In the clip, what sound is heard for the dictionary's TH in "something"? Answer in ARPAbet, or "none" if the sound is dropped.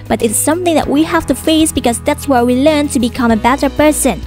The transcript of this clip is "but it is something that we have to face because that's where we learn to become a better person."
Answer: TH